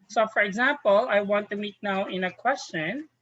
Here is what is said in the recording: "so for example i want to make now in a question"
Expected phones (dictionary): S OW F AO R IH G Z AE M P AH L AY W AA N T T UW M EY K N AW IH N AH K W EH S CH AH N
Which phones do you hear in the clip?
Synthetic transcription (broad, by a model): S OW F AO R IH G Z AE M P AH L AY W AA N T T UW M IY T N AW IH N AH K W EH S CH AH N